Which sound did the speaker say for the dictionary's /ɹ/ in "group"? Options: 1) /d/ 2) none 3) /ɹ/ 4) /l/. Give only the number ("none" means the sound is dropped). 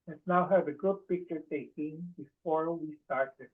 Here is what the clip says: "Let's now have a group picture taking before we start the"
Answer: 2